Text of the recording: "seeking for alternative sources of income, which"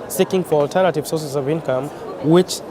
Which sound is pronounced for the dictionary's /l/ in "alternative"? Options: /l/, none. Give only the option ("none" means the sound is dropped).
/l/